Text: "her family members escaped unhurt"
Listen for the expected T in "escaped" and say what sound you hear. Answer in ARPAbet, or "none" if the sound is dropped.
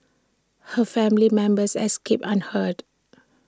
none